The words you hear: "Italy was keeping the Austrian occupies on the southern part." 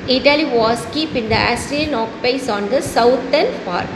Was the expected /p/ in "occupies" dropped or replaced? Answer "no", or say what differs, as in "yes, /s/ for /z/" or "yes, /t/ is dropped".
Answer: yes, /p/ is dropped